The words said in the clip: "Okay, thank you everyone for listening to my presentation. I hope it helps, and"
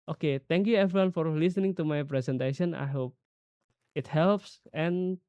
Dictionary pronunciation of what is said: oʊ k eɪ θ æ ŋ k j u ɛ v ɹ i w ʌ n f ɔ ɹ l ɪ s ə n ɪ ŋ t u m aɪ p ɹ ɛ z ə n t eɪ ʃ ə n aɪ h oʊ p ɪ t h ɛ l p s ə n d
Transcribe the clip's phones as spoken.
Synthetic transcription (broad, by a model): oʊ k eɪ t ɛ ŋ k j u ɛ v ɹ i w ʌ n f ɔ ɹ l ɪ s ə n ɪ ŋ t u m aɪ p ɹ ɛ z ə n t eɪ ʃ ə n aɪ h oʊ p ɪ t h ɛ l p s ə n